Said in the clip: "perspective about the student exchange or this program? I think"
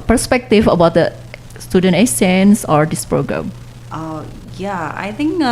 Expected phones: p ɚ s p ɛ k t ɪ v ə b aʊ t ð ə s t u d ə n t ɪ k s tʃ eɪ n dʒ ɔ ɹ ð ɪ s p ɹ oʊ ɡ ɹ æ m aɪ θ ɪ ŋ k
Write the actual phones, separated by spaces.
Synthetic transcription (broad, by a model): p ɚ s p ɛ k t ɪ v ə b aʊ t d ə s t u d ə n t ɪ s eɪ n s ɔ ɹ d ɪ s p ɹ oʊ ɡ ɹ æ m aɪ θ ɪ ŋ k